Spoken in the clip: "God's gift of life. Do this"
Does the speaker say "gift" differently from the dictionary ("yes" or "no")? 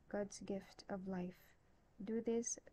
no